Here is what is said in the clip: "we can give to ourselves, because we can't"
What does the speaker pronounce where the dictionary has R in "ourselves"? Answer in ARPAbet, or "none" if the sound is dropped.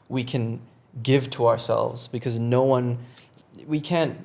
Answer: R